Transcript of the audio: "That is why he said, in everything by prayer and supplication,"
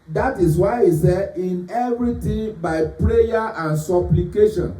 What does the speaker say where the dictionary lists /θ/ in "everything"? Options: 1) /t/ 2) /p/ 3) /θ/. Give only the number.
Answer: 1